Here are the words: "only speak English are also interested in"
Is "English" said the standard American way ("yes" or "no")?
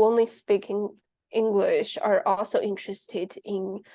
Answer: yes